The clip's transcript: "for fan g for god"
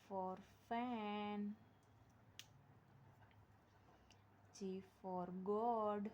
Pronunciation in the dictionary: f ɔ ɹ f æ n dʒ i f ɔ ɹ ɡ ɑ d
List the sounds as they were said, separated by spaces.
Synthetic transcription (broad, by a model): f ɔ ɹ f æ n tʃ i f ɔ ɹ ɡ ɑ d